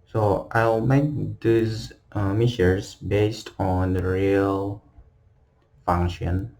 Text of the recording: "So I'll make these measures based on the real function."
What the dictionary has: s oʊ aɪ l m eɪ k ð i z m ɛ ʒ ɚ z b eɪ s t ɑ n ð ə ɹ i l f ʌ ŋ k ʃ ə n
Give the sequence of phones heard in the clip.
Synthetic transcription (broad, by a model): s oʊ aɪ l m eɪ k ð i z m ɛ ʃ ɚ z b eɪ s t ɑ n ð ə ɹ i l f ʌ ŋ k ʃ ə n